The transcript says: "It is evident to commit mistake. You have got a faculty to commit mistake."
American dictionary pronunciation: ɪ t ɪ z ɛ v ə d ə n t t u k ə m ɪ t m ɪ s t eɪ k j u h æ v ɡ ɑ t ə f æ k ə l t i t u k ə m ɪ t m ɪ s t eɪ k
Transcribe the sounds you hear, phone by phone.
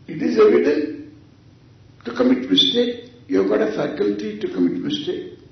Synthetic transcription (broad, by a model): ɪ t ɪ z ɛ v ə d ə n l t u k ə m ɪ t m ɪ s t eɪ k j u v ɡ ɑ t ə f æ k ə l t i t u k ə m ɪ t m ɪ s t eɪ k